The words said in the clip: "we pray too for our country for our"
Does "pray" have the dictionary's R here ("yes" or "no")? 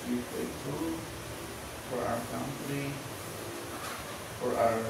no